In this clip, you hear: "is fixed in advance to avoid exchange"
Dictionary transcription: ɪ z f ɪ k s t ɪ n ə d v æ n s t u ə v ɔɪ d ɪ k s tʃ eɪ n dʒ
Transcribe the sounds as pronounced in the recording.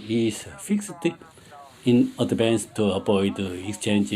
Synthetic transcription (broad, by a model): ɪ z f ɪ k s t ɪ n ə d b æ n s t u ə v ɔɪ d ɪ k s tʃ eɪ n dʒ